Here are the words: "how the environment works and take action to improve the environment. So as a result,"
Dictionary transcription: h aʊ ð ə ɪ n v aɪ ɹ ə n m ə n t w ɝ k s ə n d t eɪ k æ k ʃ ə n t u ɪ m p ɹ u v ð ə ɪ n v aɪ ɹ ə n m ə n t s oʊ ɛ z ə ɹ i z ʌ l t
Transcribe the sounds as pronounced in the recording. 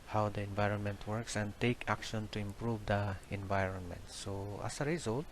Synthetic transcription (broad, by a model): h aʊ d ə ɪ n v aɪ ɹ ə n m ə n t w ɝ k s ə n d t eɪ k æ k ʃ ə n t u ɪ m p ɹ u v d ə ɪ n v aɪ ɹ ə n m ə n t s oʊ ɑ s ə ɹ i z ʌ l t